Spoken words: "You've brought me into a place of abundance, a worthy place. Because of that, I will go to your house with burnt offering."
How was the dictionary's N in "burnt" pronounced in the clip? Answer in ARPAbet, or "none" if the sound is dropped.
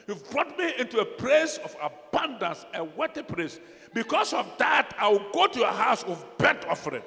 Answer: none